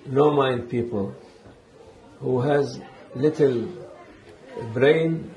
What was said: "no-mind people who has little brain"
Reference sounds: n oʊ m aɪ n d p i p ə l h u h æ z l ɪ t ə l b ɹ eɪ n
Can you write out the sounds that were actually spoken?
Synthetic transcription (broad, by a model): n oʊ m aɪ n d p i p ə l h u h æ z l ɪ t ə l b ɹ eɪ n